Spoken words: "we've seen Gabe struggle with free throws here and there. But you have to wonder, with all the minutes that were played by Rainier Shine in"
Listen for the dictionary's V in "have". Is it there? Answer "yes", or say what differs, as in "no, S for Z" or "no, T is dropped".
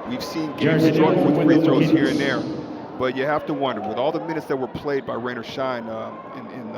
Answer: no, F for V